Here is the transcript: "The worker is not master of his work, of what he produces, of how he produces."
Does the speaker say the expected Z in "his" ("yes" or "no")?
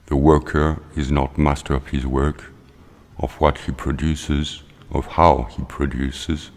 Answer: yes